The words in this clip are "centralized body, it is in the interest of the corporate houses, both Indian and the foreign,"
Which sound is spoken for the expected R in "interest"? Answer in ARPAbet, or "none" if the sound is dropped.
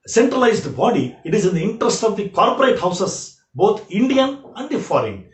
R